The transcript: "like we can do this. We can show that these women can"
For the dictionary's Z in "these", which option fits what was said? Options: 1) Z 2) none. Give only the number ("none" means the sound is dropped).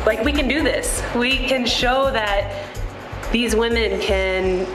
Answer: 1